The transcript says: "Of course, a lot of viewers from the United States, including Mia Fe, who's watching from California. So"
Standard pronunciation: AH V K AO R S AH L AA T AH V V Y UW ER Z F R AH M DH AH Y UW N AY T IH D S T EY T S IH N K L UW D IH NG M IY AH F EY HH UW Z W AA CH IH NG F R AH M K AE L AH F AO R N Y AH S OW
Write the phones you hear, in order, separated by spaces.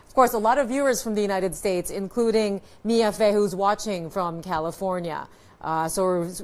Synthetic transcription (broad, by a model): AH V K AO R S AH L AA T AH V V Y UW ER Z F R AH M DH AH Y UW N AY T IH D S T EY T S IH N K L UW D IH NG M IY AH F EY HH UW Z W AA CH IH NG F R AH M K AE L AH F AO R N Y AH S OW